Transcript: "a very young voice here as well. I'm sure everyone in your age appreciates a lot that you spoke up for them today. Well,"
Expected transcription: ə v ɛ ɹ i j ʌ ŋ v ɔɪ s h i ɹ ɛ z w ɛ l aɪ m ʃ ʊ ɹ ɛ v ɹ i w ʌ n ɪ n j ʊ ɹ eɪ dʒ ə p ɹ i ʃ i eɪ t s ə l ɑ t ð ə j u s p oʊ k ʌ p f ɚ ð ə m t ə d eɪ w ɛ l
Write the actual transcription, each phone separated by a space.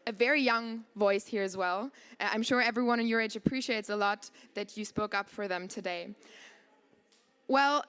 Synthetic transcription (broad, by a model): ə v ɛ ɹ i j ʌ ŋ v ɔɪ s h i ɹ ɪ z w ɛ l aɪ m ʃ ʊ ɹ ɛ v ɹ i w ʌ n ɪ n j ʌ ɹ eɪ dʒ ə p ɹ i ʃ i eɪ t s ə l ɑ t ð ə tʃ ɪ s p oʊ k ʌ p f ɚ ð ə m t ə d eɪ w ɛ l